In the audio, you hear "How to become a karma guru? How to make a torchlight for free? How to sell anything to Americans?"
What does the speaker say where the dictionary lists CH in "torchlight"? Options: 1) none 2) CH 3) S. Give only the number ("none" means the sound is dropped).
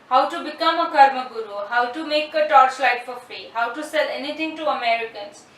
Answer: 3